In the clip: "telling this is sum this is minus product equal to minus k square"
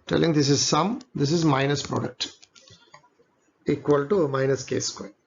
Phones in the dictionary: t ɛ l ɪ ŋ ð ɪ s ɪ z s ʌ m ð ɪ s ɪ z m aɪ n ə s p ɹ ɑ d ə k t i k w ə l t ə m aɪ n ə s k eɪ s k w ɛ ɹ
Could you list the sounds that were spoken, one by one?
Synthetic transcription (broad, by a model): t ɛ l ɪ ŋ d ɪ s ɪ z s ʌ m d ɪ s ɪ z m aɪ n ə s p ɹ ɑ d ə k t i k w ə l t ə m aɪ n ə s k eɪ s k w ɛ